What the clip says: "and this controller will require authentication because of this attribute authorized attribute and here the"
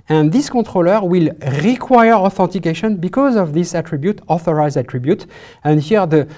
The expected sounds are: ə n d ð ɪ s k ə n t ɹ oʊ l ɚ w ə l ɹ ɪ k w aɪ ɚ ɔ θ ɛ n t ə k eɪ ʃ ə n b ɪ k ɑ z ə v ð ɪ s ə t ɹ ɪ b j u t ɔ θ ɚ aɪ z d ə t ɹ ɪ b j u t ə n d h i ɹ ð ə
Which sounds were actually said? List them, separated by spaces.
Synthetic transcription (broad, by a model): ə n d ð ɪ s k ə t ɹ oʊ l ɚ w ə l ɹ ɪ k w aɪ ɚ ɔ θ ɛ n t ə k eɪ ʃ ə n b ɪ k ɑ z ə v ð ɪ s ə t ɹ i b j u t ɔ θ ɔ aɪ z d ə t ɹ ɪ b j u t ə n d h i ɹ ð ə